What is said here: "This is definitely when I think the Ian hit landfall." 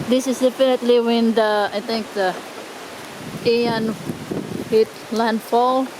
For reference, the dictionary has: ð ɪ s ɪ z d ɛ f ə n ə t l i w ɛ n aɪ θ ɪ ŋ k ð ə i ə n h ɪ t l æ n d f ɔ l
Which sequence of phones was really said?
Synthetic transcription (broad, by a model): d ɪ s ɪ s d ɛ f ə n ə t l i w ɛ n aɪ t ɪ ŋ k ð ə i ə n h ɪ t l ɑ n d f ɔ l